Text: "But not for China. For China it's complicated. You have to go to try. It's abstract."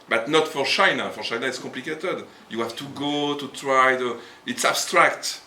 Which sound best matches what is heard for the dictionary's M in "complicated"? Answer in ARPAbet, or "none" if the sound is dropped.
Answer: none